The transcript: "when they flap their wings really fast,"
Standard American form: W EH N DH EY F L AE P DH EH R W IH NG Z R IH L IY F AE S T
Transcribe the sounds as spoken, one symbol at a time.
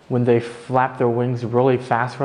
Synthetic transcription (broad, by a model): W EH N DH EY F L AE P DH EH R W IH NG Z R IH L IY F AE S T